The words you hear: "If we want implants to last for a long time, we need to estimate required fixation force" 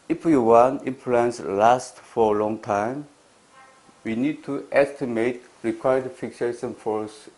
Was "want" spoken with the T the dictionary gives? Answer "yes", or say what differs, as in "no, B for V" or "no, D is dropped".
no, T is dropped